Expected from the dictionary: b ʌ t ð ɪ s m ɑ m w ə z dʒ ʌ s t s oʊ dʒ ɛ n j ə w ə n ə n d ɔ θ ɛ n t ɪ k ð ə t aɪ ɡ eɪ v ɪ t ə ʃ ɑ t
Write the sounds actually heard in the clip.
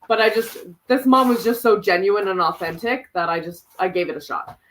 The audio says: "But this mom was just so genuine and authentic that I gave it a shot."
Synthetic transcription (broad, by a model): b ʌ t ð ɪ s m ɑ m w ə z dʒ ʌ s t s oʊ dʒ ɛ n j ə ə n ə n ɔ θ ɛ n t ɪ k ð ə t aɪ ɡ eɪ v ɪ t ə ʃ ɑ t